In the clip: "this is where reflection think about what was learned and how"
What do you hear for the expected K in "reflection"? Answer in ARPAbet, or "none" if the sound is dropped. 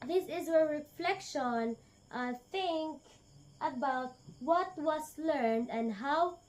K